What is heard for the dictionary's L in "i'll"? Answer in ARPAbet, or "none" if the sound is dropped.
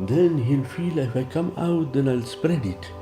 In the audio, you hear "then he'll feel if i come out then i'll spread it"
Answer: L